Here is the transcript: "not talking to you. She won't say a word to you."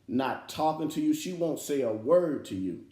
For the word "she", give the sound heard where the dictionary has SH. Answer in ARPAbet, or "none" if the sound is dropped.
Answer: SH